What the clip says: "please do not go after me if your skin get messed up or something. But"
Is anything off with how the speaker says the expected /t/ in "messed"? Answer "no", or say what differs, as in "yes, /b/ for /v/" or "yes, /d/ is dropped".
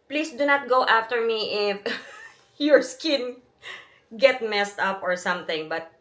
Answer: no